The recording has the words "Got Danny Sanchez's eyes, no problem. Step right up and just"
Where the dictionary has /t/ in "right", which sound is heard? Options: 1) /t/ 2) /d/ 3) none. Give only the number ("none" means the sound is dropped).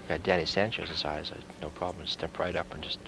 1